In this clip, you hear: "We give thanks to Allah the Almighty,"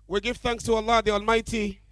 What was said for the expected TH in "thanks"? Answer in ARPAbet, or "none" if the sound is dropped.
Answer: TH